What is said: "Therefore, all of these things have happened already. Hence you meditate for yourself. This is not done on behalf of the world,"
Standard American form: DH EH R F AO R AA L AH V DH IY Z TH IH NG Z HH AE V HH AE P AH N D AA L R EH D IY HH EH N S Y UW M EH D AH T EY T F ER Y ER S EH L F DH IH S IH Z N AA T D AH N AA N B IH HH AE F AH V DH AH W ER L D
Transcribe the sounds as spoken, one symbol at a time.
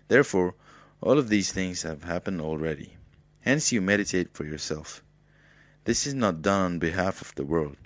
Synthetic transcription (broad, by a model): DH EH R F AO R AA L AH V DH IY Z TH IH NG Z HH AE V HH AE P AH N D AA L R EH D IY HH EH N S Y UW M EH D AH T EY T F ER Y ER S EH L F DH IH S IH Z N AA T D AH N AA N B IH HH AE F AH V DH AH W ER L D